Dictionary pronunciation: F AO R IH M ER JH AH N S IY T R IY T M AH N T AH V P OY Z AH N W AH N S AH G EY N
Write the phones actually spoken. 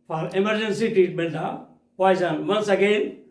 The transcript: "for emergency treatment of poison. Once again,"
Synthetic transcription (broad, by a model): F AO R IH M ER JH AH N S IY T IY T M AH L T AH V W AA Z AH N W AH N S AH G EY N